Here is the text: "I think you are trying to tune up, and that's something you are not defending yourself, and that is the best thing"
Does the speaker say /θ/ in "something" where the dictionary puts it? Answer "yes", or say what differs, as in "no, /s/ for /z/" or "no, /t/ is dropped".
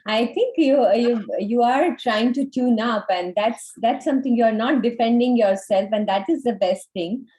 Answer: no, /t/ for /θ/